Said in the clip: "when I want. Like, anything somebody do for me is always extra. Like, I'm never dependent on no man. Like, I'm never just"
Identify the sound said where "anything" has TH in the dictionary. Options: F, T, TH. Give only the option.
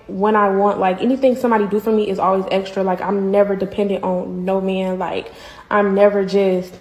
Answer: TH